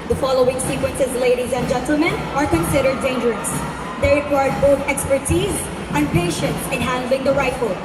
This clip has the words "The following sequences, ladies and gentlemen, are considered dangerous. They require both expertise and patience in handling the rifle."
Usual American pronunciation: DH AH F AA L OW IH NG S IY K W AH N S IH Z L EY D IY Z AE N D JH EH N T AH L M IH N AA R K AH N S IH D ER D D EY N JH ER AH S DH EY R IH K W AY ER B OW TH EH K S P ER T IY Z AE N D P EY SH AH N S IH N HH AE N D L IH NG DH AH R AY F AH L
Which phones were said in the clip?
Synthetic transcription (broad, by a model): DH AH F AA L OW IH NG S IY K W AH N S IH Z L EY D IY Z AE N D JH EH N T L M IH N AA R K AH N S IH D ER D D EY N JH ER AH S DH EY R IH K W AY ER B OW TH EH K S P ER T IY Z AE N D P EY SH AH N S IH N HH AE N D L IH NG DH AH R AY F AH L